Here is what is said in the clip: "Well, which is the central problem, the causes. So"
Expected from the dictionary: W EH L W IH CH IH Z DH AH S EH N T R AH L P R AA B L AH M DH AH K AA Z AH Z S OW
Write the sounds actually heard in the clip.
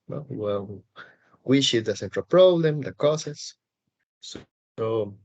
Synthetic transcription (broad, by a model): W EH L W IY S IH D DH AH S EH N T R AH L P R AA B L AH M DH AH K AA S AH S OW